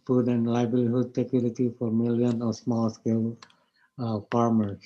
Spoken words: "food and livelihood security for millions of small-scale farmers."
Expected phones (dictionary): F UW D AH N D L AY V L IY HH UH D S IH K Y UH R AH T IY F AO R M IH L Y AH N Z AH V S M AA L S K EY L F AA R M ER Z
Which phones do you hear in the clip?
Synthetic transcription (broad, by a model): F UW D AH N D L AY B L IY HH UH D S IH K Y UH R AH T IY F AO R M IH L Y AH N AH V S M AA L S K EY L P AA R M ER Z